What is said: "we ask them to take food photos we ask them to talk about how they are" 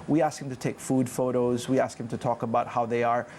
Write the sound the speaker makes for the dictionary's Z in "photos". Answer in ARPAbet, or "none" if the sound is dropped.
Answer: Z